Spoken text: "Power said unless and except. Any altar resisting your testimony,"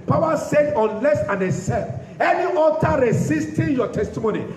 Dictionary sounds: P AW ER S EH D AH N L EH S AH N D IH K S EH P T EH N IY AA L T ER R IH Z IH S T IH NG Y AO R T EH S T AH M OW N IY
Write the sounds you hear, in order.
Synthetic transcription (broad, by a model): P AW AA S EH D AH N L EH S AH N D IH S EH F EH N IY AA T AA R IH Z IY S T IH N Y AO T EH S T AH M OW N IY